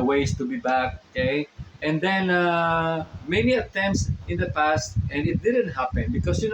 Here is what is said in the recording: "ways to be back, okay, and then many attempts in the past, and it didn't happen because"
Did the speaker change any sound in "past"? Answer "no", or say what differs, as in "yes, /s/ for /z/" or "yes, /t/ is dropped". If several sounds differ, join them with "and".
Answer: no